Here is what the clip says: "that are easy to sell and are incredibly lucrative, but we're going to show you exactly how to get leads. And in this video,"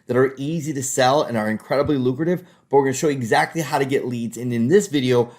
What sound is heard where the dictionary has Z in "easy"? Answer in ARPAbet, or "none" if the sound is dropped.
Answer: Z